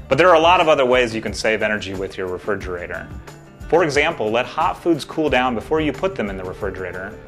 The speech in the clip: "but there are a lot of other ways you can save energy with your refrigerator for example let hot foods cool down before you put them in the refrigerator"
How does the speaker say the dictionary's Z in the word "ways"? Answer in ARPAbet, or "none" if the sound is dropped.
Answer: Z